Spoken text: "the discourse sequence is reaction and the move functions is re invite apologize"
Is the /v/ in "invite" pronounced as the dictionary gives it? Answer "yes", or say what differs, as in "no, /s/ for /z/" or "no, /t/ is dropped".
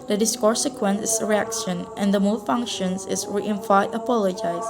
no, /f/ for /v/